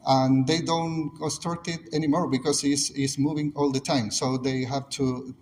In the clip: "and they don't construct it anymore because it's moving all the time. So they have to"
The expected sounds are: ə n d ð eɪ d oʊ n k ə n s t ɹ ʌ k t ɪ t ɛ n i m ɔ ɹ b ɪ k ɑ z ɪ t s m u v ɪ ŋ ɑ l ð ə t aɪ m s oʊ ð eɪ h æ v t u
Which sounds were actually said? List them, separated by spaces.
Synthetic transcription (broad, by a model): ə n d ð eɪ d oʊ n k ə s t ʌ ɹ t ɪ t ɛ n i m ɔ ɹ b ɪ k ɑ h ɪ s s m u v ɪ ŋ ɑ l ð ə t aɪ m s oʊ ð eɪ h æ v t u